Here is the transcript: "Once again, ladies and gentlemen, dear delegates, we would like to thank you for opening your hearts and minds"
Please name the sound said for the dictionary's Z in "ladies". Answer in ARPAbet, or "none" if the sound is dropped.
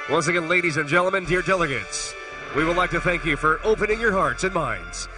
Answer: Z